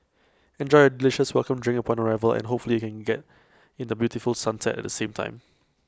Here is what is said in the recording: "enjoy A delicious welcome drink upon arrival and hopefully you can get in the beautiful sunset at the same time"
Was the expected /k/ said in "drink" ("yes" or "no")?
no